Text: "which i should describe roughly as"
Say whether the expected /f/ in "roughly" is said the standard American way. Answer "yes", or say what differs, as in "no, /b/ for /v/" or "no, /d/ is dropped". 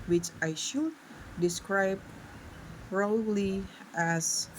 no, /f/ is dropped